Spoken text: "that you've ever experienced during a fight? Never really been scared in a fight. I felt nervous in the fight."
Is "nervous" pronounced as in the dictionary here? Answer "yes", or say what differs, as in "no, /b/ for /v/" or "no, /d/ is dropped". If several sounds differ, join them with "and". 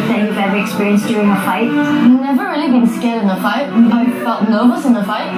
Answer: no, /v/ is dropped